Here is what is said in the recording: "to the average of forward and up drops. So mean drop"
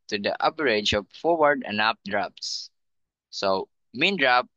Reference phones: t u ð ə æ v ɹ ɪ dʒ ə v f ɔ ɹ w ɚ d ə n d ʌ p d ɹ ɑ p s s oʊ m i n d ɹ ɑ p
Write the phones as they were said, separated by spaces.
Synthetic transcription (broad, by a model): t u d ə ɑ p ɹ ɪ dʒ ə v f ɔ ɹ w ɚ d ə n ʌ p d ɹ ɑ p s s oʊ m i n d ɹ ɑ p